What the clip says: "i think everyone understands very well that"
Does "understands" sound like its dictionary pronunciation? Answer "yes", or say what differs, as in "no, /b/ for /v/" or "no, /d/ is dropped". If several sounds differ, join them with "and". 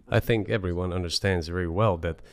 yes